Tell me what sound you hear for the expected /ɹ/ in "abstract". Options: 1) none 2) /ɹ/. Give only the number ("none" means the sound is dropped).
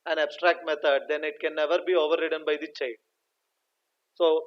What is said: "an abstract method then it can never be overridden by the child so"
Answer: 2